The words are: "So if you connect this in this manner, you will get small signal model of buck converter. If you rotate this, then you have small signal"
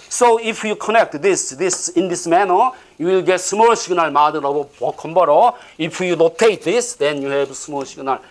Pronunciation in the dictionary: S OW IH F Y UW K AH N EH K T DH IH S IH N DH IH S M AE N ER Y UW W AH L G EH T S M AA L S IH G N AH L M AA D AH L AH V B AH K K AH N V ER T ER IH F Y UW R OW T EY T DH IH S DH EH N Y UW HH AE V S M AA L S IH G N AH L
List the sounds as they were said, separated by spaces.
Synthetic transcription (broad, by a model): S OW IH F Y UW K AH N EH K T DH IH S IH N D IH S M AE N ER Y UW W AH L G EH T S M AA L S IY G N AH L M AA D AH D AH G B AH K K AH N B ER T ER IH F Y UW L OW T EY T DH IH S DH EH N Y UW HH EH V S M AA L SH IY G N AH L